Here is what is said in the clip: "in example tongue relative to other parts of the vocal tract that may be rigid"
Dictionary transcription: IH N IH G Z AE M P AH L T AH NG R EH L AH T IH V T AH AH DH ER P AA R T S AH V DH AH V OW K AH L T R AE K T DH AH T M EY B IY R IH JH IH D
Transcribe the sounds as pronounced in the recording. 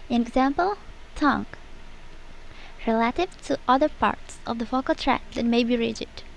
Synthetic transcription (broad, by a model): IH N IH G Z AE M P AH L T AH NG R EH L AH T IH V T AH AH DH ER P AA R T S AH V DH AH F OW K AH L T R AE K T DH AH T M EY B IY R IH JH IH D